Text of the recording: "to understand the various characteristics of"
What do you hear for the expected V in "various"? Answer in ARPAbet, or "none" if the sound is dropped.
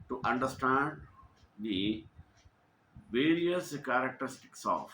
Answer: V